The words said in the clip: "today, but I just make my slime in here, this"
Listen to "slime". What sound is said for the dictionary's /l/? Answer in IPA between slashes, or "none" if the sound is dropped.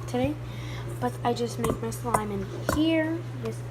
/l/